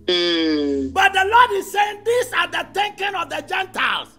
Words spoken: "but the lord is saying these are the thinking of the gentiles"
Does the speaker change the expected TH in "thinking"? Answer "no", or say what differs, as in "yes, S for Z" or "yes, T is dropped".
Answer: yes, T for TH